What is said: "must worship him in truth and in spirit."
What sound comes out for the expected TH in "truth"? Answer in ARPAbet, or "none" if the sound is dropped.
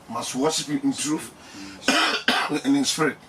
F